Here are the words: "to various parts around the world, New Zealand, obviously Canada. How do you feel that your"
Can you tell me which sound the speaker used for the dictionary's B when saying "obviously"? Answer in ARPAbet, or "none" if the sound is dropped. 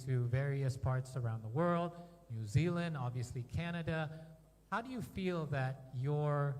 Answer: B